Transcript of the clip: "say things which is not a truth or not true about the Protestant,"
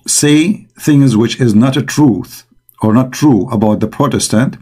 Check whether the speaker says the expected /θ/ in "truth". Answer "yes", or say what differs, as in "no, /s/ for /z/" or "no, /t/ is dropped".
yes